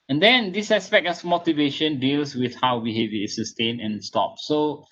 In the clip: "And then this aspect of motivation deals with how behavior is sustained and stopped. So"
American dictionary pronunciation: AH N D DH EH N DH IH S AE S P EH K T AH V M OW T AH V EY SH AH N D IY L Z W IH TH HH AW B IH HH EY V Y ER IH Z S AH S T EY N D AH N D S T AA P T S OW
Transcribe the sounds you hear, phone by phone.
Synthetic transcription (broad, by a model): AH N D EH N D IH S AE S P EH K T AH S M OW T AH V EY SH AH N D IY L S W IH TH HH AW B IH HH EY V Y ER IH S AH S T EY N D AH N S T AA P S OW